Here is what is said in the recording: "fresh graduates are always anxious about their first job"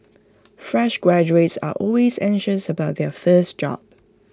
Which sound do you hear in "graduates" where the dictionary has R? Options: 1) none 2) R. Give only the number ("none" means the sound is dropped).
2